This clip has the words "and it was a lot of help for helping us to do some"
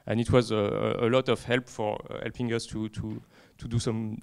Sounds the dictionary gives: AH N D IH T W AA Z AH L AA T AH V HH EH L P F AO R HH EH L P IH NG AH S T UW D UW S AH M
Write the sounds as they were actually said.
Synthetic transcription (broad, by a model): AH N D IH T W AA Z AH L AA T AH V HH EH L P F AO R HH EH L P IH NG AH S T UW D UW S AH M